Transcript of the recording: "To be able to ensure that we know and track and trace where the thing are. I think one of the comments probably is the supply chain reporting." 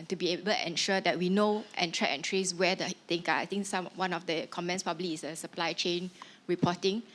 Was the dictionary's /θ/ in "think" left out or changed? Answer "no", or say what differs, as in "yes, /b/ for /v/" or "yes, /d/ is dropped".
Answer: yes, /t/ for /θ/